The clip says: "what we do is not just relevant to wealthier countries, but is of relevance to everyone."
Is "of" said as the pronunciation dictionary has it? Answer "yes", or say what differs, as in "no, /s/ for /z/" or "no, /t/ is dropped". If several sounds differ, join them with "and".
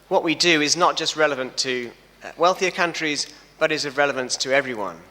yes